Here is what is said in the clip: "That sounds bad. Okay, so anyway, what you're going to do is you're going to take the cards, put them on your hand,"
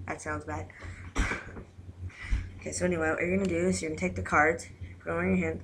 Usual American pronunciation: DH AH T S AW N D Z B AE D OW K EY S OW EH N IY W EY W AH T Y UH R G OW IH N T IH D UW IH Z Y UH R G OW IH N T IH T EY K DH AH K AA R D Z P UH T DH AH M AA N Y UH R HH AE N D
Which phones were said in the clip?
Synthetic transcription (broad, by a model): DH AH T S AW N D Z B AE D OW K EY S OW EH N IY W EY W AH T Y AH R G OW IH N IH D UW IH S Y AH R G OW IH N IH T EY K DH AH K AA R D Z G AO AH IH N Y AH R HH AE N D